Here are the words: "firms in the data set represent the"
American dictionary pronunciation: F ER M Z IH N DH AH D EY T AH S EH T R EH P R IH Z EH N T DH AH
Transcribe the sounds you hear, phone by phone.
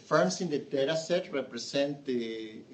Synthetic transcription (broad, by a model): F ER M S IH N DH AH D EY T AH S EH T R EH P R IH S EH N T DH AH